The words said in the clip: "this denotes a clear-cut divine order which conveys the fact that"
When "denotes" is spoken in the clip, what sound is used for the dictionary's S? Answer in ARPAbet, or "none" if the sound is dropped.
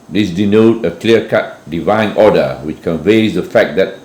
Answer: none